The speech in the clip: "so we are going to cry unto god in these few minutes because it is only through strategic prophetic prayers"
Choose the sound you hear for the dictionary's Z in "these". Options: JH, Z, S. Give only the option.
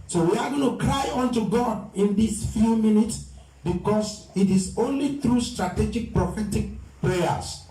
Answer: S